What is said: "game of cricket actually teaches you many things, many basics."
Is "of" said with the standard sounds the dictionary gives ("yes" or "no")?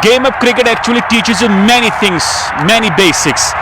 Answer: no